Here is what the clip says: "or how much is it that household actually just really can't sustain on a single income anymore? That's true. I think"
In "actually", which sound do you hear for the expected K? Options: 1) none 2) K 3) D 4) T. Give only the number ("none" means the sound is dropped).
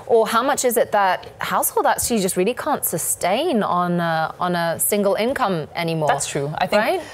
1